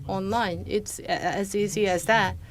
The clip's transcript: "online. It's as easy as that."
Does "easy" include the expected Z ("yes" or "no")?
no